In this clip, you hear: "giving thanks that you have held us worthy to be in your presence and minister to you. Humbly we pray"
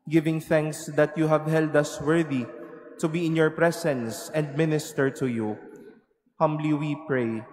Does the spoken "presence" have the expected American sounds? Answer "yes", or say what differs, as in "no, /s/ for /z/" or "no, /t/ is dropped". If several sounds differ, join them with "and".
no, /s/ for /z/